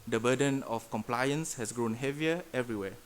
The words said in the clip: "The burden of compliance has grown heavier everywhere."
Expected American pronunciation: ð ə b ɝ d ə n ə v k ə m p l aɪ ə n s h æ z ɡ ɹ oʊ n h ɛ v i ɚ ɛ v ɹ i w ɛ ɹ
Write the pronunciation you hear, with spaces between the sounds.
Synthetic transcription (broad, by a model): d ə b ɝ d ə n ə f k ə m p l aɪ ə n s h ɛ s ɡ ɹ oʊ n h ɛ v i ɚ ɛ v ɹ i w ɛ